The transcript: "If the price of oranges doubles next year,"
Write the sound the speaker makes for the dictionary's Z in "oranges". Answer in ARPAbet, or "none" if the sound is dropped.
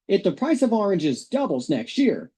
Z